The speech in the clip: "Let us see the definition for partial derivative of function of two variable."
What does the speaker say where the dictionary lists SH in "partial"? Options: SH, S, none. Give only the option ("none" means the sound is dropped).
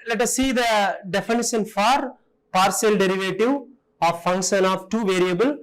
S